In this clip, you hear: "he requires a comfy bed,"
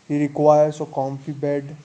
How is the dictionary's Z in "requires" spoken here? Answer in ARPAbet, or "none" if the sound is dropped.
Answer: S